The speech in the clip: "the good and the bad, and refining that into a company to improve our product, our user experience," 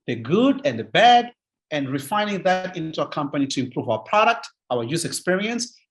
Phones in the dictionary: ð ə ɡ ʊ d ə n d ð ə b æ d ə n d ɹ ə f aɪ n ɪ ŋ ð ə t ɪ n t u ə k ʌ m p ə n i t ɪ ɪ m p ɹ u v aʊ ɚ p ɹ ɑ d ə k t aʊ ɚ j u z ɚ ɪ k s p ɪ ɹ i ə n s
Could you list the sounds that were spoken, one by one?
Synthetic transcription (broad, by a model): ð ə ɡ ʊ d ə n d ð ə b æ d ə n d ɹ ə f aɪ n ɪ ŋ ð ə t ɪ n t u ə k ʌ m p ə n i t ɪ ɪ m p ɹ u v aʊ ɚ p ɹ ɑ d ə k t aʊ ɚ j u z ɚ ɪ k s p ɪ ɹ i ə n s